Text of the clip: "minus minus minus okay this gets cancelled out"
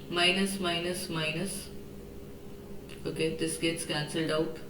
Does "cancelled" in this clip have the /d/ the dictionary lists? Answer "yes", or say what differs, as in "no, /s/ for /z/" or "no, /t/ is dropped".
yes